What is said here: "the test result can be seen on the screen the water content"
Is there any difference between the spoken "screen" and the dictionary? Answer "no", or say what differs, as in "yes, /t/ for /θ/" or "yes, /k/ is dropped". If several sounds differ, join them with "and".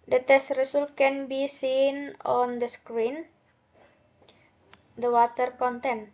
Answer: no